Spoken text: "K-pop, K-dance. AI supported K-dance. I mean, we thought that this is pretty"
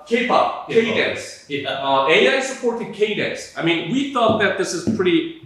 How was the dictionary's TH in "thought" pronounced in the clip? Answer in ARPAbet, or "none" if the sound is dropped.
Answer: TH